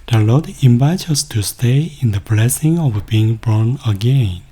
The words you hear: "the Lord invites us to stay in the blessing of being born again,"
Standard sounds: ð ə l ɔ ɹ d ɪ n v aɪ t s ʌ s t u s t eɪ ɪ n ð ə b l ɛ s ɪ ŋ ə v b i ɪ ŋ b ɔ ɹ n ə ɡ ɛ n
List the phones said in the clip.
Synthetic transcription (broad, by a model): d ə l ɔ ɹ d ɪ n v aɪ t ʌ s t u s t eɪ ɪ n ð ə b l ɛ s ɪ ŋ ə v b i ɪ ŋ b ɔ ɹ n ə ɡ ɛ n